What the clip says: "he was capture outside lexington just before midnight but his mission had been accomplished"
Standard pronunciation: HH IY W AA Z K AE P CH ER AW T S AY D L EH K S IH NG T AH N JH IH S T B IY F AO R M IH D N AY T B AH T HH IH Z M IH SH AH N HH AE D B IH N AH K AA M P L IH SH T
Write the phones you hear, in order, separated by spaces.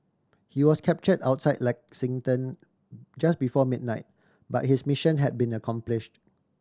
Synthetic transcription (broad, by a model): HH IY W AA S K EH P CH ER AW T S AY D L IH K S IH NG T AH N JH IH S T B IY F AO M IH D N AY T B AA T HH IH S M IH SH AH N HH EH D B IH N AH K AA M P L IH SH T